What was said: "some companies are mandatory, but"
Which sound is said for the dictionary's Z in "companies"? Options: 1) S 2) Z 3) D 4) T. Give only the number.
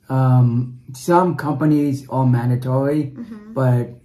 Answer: 2